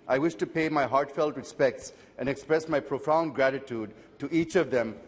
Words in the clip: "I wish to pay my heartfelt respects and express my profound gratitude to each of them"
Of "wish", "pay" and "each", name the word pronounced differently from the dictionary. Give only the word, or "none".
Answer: none